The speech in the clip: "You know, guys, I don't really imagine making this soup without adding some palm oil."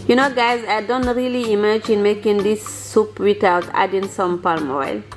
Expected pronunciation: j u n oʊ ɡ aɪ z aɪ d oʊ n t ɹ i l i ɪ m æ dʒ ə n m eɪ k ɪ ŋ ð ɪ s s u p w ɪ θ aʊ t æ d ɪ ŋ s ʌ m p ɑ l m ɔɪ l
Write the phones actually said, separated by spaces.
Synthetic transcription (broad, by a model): j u n oʊ ɡ aɪ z aɪ d oʊ n t ɹ i l i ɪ m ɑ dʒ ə n m eɪ k ɪ ŋ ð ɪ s s u p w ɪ t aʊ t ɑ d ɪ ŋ s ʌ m p ɑ l m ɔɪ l